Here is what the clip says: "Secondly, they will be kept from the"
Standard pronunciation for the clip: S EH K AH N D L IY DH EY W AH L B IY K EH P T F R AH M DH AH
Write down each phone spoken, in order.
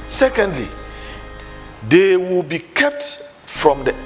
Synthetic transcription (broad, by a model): S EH K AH N D L IY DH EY W AH L B IY K EH P T F R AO M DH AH